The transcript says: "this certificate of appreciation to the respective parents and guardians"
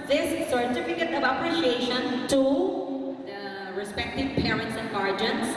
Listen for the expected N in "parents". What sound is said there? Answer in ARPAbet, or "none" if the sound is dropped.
N